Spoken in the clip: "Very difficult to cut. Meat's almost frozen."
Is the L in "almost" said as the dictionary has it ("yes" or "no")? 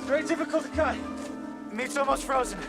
no